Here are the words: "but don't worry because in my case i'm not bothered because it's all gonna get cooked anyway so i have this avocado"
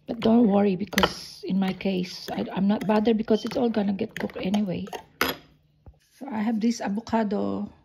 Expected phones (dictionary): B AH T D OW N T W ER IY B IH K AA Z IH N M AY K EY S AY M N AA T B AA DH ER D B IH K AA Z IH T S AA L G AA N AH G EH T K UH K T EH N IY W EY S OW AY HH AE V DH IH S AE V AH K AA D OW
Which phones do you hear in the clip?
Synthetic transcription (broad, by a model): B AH T D OW N T W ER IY B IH K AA S IH N M AY K EY S AY M N AA T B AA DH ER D B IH K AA S IH T S AA L G AA N AH G EH T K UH K EH N IY W EY S OW AY HH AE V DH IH S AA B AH K AA D OW